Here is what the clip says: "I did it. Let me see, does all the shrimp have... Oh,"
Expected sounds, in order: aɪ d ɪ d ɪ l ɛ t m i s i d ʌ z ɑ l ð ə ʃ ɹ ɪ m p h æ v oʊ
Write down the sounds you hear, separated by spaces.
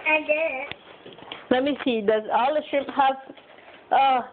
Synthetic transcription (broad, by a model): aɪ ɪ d ɪ l ɛ t m i s i d ʌ z ɑ l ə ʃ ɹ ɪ p h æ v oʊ